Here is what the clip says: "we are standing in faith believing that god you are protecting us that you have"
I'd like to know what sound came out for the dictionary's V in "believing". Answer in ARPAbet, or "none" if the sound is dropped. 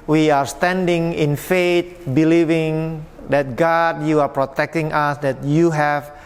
V